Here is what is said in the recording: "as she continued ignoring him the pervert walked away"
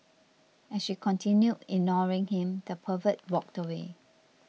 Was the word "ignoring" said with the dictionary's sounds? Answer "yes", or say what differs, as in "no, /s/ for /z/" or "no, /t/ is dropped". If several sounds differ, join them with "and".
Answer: yes